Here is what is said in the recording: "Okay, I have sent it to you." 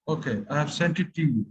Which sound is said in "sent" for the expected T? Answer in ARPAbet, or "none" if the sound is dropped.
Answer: T